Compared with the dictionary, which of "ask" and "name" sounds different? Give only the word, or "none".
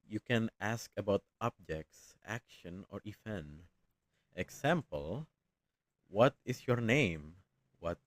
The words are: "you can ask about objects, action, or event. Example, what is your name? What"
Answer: none